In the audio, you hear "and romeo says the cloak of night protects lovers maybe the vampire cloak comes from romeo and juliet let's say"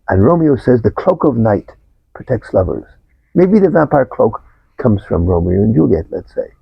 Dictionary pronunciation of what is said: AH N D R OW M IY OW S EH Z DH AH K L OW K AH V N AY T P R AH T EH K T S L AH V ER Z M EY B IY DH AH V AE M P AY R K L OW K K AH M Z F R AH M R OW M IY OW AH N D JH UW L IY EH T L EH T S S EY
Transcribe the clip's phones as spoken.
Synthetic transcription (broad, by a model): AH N R OW M IY OW S EH Z DH AH K L OW K AH V N AY T P R AH T EH K T S L AH V ER Z M EY B IY DH AH V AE M P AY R K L OW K K AH M Z F R AH M R OW M IY OW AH N JH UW L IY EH T L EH T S S EY